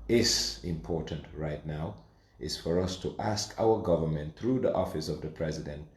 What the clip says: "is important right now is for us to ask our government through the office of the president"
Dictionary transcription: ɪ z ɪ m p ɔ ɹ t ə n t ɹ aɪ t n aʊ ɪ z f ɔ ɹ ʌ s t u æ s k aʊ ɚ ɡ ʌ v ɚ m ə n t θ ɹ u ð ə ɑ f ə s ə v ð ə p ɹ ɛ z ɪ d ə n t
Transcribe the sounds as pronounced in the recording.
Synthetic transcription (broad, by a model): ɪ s ɪ m p ɔ ɹ t ə n t ɹ aɪ t n aʊ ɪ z f ɔ ɹ ʌ s t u æ s k aʊ ɚ ɡ ʌ v ɚ m ə n t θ ɹ u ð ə ɑ f ə s ə v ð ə p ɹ ɛ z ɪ d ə n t